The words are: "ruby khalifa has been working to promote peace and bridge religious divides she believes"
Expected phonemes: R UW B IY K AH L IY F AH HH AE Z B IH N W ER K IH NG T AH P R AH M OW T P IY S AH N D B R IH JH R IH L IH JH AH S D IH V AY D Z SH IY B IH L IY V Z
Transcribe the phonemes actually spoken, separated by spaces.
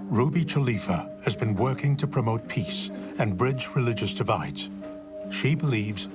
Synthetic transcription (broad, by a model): R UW B IY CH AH L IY F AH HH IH Z B IH N W ER K IH NG T AH P R AH M OW T P IY S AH N B R IH JH R IH L IH JH AH S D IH V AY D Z SH IY B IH L IY V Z